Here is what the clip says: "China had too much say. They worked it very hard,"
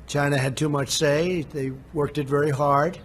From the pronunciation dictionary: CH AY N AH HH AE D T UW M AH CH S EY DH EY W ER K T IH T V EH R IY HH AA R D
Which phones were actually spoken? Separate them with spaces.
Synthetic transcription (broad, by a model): CH AY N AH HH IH D T UW M AH CH S EY DH EY W ER K T IH T V EH R IY HH AA R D